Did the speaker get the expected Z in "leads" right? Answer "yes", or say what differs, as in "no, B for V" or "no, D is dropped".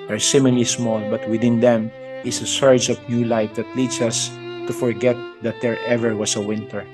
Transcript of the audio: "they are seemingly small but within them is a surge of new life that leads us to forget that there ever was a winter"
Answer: no, S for Z